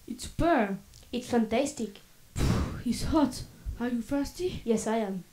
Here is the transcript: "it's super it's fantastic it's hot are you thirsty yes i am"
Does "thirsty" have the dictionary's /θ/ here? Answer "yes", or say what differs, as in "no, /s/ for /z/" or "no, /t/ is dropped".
no, /f/ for /θ/